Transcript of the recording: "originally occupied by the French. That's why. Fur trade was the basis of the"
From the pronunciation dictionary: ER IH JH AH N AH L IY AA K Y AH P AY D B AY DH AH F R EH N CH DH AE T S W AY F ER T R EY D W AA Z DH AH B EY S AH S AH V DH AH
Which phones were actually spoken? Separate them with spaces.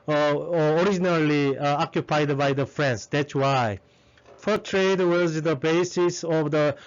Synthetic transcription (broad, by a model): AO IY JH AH N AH L IY AA K Y AH P AY D B AY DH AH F R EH N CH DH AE T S W AY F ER T R EY D W AA Z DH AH B EY S AH S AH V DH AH